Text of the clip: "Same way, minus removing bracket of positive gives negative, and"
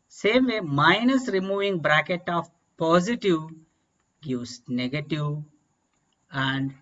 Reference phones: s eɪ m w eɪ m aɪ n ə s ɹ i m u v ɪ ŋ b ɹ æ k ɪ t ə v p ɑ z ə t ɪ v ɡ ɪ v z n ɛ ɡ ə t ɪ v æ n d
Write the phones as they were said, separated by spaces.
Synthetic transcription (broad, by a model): s eɪ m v eɪ m aɪ n ə s ɹ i m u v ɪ ŋ b ɹ æ k ɪ t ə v p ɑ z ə t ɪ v ɡ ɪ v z n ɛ ɡ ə t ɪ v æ n d